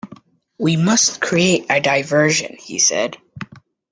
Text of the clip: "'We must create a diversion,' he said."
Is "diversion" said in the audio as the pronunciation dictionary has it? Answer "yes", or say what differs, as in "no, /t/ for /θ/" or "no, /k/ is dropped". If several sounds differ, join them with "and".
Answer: yes